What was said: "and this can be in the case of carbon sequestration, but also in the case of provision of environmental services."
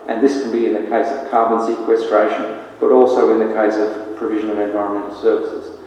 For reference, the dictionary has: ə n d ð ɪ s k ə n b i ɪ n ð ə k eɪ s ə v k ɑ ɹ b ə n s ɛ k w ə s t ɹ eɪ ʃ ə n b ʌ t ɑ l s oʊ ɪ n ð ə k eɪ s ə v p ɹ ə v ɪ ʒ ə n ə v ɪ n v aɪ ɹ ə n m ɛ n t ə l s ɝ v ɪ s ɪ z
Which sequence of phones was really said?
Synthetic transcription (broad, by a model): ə n ð ɪ s k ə n b i ɪ n ð ə k eɪ s ə v k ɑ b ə n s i k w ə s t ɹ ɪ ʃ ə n b ʌ t ɑ l s oʊ ɪ n ð ə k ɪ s ə v p ɹ ə v ɪ ʒ ə n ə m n v aɪ ɹ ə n m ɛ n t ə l s ɝ v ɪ s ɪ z